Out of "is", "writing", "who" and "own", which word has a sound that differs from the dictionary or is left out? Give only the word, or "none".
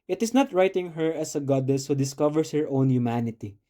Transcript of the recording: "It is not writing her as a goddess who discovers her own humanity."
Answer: is